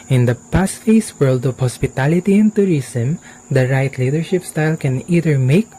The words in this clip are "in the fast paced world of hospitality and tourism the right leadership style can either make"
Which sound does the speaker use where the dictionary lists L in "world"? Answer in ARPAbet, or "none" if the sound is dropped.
L